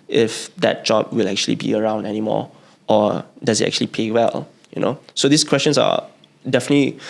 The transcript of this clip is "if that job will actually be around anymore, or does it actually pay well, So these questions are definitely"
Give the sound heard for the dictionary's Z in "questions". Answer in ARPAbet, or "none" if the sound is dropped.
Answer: S